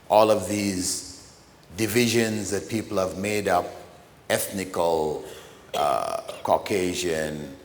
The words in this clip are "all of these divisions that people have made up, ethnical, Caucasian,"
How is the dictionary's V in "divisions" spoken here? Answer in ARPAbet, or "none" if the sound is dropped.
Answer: V